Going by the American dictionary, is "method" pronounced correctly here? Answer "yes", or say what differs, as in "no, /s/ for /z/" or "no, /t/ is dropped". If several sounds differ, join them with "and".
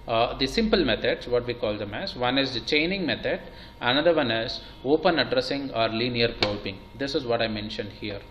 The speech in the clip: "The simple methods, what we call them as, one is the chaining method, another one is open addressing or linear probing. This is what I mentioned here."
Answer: no, /t/ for /θ/